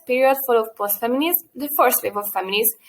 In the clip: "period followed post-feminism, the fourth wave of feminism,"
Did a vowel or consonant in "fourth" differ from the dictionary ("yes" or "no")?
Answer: yes